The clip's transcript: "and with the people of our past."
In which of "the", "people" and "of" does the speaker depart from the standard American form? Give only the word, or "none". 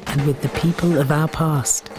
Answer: none